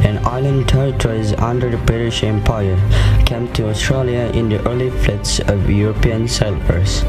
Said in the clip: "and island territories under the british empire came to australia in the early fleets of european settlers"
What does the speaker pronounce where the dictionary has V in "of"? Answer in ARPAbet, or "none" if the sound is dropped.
V